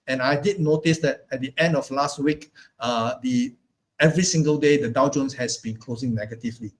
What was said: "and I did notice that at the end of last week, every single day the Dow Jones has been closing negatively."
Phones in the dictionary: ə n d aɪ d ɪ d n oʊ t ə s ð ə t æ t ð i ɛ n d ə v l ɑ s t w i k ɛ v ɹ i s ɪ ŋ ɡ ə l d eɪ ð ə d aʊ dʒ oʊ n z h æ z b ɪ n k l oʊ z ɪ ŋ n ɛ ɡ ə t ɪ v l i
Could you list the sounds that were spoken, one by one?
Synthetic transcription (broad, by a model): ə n aɪ d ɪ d n oʊ t ə s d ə t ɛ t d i ɛ n d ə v l ɑ s t w i k ɛ v ɹ i s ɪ ŋ ɡ ə l d eɪ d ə d aʊ dʒ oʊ n s h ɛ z b ɪ n k l oʊ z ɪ ŋ n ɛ ɡ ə t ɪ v l i